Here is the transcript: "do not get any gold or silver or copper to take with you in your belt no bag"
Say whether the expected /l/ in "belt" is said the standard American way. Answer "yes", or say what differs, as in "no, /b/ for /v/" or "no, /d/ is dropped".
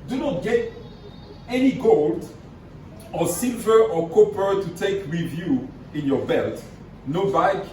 yes